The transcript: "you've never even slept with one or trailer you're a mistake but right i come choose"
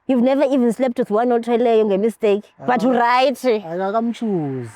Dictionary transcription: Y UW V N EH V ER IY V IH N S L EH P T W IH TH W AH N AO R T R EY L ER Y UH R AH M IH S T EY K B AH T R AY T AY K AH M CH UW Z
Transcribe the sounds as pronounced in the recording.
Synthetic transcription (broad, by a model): Y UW V N EH V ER IY V IH N S L EH P T W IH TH W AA N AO L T EY L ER Y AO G AH M IH S T EY K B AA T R AY T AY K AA M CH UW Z